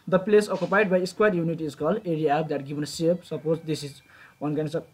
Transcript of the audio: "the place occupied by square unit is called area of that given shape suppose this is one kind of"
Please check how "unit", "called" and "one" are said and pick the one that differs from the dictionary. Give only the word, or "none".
called